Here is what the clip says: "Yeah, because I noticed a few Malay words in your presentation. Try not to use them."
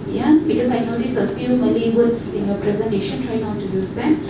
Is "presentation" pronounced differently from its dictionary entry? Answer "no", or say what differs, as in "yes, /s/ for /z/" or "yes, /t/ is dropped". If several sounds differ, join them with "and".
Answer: no